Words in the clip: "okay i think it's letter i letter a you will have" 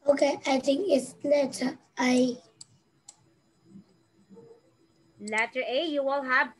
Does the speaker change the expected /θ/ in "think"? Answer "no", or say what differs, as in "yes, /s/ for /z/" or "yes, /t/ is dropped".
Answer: yes, /t/ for /θ/